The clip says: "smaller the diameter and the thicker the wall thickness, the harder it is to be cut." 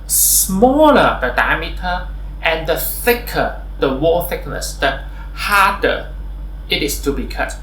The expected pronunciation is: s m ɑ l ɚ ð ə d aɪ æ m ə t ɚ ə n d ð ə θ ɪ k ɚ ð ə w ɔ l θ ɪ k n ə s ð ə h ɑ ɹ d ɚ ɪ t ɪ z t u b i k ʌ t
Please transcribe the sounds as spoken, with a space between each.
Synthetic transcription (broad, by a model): s m ɑ l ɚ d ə d aɪ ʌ m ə t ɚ ə n d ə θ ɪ k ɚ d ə w ɔ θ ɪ k n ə s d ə h ɑ d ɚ ɪ t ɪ s t u b i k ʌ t